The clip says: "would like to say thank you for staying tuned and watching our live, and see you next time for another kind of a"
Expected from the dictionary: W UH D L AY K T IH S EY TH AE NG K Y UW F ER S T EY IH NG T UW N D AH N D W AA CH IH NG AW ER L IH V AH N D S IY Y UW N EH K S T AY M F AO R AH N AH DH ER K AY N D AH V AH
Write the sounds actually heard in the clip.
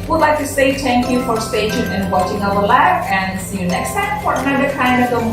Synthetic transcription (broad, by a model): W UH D L AY K T IH S EY T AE NG K Y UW F ER S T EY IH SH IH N AH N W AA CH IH NG AW ER L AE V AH N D S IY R N EH K S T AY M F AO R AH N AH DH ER K AY N D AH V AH